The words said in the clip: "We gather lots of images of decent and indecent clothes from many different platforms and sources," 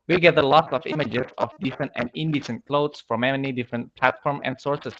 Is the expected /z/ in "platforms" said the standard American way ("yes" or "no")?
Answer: no